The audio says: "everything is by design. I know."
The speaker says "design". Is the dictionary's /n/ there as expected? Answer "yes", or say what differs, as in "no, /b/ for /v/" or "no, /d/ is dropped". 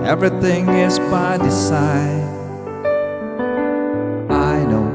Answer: no, /n/ is dropped